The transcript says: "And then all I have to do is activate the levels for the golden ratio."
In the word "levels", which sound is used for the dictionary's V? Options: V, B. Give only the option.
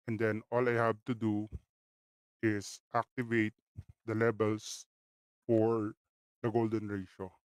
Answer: B